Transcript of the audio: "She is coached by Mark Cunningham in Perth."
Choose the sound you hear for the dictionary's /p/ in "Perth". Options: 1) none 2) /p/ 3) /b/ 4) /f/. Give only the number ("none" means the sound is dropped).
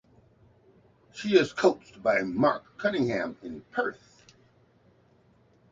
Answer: 2